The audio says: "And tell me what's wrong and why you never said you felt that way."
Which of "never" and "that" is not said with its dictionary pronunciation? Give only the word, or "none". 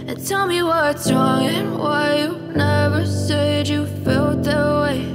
none